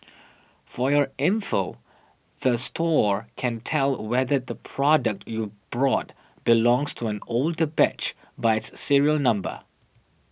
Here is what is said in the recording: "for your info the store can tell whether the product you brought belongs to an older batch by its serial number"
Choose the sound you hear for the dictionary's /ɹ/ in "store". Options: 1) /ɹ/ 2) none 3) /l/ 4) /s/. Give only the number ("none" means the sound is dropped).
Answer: 1